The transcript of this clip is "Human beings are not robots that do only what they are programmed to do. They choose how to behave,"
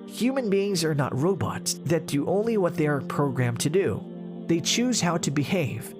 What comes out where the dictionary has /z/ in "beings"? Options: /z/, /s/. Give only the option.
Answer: /z/